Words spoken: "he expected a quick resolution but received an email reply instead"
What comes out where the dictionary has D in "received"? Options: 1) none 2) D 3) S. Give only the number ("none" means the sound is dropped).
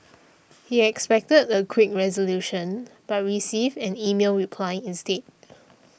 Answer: 1